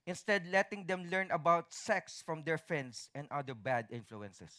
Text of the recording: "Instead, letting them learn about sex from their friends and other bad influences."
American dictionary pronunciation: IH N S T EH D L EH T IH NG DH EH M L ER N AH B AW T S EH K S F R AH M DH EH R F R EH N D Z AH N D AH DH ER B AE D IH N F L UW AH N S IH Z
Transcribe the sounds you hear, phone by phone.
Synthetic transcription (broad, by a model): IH N S T EH D L EH T IH NG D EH M L ER N AH B AW T S EH K S F R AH M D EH R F EH N D S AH N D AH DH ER B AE D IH N F L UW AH N S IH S